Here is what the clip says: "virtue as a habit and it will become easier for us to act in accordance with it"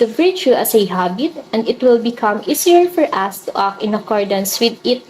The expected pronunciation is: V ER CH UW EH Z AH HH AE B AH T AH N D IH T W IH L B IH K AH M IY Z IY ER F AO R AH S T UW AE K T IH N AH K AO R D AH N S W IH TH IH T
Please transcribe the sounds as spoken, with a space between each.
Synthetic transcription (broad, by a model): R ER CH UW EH S AH HH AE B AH T AH N D IH T W IH L B IH K AH M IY S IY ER F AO R AH S T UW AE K IH N AH K AO R D AH N S W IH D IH T